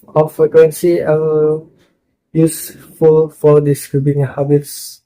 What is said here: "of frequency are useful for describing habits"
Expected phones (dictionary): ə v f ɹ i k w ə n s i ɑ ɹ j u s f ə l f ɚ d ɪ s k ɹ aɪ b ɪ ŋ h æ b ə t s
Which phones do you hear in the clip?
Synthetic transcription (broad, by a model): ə f ɹ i k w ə n s i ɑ l j u s f ə l f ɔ d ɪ s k ɹ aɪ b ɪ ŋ h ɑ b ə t s